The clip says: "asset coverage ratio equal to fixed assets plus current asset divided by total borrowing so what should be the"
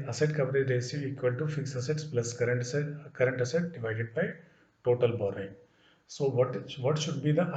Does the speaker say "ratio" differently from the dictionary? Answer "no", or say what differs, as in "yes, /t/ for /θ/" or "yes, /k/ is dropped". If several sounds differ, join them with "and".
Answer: yes, /s/ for /ʃ/